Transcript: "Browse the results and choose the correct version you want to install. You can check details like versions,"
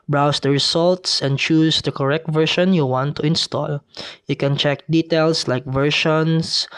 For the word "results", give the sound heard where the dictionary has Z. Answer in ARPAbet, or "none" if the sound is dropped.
S